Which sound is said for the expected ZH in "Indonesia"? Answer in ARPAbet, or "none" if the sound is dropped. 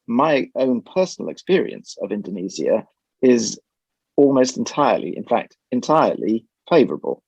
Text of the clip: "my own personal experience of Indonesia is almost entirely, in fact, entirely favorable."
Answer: Z